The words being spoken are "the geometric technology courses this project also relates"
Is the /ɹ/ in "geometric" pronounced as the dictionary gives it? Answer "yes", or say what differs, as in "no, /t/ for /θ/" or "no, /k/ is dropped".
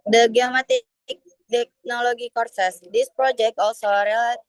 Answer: no, /ɹ/ is dropped